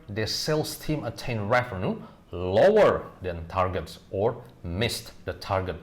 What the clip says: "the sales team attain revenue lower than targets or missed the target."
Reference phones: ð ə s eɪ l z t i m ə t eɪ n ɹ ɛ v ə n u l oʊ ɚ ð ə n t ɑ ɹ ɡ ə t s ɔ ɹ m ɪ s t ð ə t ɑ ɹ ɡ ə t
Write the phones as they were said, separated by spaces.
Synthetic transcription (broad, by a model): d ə s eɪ l s t i m ə t eɪ n ɹ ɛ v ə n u l oʊ ɚ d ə n t ɑ ɹ ɡ ə t s ɔ ɹ m ɪ s t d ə t ɑ ɹ ɡ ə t